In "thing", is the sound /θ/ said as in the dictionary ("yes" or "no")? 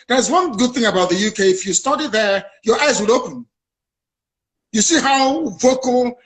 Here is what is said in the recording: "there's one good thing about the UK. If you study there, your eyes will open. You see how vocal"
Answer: yes